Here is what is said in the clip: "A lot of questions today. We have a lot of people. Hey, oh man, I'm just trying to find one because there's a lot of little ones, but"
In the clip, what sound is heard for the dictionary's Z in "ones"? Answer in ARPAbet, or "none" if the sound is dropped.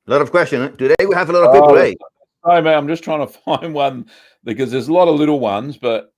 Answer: Z